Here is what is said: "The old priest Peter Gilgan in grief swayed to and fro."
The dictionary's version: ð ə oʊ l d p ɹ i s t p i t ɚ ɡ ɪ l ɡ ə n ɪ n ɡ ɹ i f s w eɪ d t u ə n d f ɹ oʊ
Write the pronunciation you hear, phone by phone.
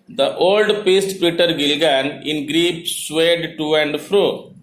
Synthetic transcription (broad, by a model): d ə oʊ l d p i s t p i t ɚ ɡ ɪ l ɡ ə n ɪ n ɡ ɹ i p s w eɪ d t u ə n d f ɹ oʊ